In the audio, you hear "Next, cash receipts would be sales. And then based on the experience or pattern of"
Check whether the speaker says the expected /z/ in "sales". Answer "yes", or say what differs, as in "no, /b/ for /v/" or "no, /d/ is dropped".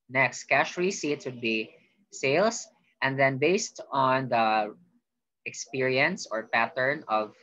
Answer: no, /s/ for /z/